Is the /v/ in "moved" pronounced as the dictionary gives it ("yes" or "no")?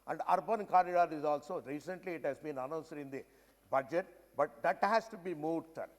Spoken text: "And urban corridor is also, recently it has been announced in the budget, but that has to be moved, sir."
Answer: no